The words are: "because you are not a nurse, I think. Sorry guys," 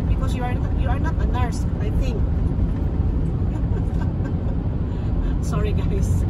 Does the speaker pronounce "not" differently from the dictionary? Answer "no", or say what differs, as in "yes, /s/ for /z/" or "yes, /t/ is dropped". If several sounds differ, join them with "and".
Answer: no